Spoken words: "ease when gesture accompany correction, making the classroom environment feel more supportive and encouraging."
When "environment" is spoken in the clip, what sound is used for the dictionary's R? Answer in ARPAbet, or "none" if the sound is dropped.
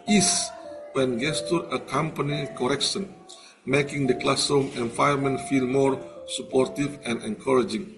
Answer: none